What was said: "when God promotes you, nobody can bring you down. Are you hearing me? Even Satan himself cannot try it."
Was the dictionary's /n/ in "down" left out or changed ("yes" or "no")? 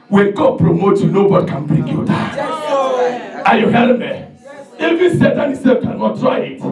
yes